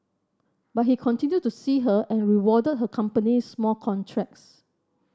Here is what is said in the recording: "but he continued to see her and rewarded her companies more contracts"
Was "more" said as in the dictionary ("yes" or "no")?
no